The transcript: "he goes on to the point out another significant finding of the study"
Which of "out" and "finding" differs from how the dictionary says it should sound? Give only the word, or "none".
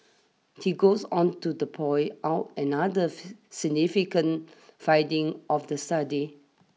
finding